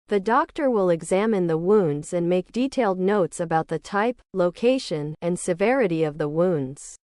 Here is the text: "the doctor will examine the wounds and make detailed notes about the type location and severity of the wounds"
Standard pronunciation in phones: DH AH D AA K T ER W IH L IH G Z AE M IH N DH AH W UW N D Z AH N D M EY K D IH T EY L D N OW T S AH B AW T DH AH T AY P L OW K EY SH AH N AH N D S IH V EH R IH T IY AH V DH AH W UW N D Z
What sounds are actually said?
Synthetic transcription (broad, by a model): DH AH D AA K T ER W IH L IH G Z AE M IH N DH AH W UW N D Z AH N M EY K D IH T EY L D N OW T S AH B AW T DH AH T AY P L OW K EY SH AH N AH N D S IH V EH R IH T IY AH V DH AH W UW N D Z